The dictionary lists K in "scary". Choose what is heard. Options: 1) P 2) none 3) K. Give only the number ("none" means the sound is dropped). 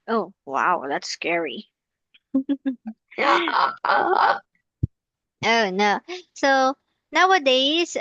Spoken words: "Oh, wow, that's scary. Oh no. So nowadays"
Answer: 3